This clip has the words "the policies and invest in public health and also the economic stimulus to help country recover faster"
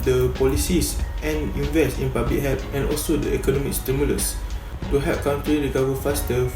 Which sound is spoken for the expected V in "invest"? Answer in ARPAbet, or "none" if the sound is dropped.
V